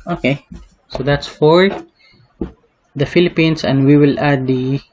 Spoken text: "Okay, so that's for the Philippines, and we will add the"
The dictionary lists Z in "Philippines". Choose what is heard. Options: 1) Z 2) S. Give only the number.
2